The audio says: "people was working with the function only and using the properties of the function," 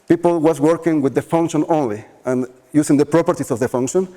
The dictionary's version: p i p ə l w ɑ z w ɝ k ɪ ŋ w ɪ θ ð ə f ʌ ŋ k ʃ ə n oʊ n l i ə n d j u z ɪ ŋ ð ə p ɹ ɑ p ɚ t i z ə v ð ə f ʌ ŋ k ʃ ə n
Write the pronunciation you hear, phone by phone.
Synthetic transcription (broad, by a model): p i p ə l w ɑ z w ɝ k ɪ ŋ w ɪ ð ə f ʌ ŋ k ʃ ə n oʊ n l i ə n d j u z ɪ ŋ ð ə p ɹ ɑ p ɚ t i s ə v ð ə f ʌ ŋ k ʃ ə n